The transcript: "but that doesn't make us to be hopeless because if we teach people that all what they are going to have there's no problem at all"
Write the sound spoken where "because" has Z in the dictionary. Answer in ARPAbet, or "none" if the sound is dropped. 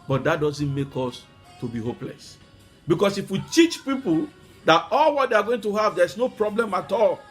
S